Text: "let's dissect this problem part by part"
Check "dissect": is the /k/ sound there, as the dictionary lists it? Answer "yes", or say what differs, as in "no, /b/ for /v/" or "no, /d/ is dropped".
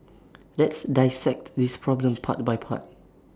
yes